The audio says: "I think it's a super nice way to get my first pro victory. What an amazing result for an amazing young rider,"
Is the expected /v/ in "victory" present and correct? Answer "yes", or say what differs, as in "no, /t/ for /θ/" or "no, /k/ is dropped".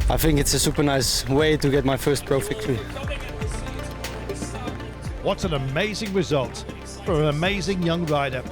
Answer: no, /f/ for /v/